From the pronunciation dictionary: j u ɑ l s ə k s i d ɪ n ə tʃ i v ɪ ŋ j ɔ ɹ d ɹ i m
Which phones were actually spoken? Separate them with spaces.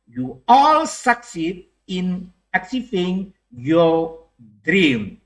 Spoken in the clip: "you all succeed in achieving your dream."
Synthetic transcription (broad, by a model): j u ɑ l s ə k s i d ɪ n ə s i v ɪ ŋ j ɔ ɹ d ɹ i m